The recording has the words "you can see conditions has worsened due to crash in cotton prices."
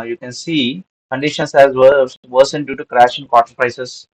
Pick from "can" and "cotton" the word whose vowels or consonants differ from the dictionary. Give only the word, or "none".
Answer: cotton